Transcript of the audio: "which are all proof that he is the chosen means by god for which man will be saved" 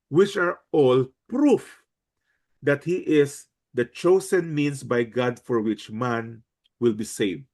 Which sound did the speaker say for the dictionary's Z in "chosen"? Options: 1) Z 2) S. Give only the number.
2